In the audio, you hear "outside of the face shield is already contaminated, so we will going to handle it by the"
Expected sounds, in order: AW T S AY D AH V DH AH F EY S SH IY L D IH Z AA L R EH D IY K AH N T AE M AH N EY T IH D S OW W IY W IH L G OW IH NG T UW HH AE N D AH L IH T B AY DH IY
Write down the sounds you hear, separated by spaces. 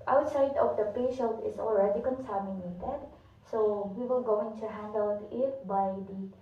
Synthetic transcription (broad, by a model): AW T S AY D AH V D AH P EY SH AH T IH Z AA L R EH D IY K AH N S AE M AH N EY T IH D S OW W IY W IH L G OW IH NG T UW HH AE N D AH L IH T B AY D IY